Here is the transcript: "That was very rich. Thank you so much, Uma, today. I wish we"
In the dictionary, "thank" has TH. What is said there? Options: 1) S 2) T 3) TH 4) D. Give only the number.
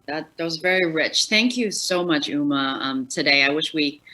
3